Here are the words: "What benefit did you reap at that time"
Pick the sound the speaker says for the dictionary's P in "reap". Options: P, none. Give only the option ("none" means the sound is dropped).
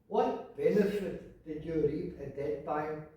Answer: none